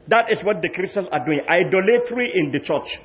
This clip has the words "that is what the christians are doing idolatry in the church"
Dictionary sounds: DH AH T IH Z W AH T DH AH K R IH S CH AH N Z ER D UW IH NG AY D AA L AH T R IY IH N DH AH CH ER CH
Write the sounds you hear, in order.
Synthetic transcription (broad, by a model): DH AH T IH S W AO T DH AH K R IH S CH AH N S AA D UW IH NG AY D AA L AH T R IY IH N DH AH CH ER CH